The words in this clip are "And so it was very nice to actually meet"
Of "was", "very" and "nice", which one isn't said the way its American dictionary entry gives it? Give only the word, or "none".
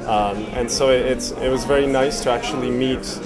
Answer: none